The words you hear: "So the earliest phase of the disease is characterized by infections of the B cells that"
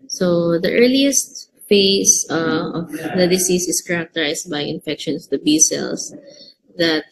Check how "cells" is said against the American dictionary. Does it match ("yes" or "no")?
no